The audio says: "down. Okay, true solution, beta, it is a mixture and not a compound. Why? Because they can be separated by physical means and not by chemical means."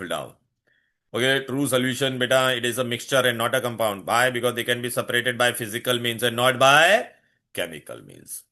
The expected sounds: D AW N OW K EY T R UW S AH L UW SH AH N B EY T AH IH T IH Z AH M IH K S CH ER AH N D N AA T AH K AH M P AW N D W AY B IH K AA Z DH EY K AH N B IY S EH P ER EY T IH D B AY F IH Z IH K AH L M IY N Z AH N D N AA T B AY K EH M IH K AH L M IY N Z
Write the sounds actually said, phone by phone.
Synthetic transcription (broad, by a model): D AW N OW K EY T R UW S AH L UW SH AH N B EY T AH IH T IH Z AH M IH K S CH ER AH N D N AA T AH K AH M P AW N D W AY B IH K AA Z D EY K AH N B IY S EH P ER EY T IH D B AY F IH Z IH K AH L M IY N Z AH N N AA T B AY K EH M IH K AH L M IY N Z